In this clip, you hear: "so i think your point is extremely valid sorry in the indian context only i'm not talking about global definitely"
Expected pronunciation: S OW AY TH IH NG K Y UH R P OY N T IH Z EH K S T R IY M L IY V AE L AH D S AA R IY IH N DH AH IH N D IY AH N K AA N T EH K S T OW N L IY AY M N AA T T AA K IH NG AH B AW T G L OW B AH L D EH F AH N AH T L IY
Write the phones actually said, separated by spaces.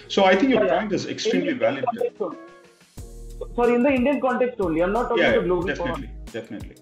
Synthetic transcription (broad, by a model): S OW AY T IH NG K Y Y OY N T IH Z EH K S T R IY M L IY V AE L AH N S AA R IY IH N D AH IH N D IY AH N K AA N T EH K S T OW N L IY AY M N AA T T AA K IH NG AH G L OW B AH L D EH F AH N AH T L IY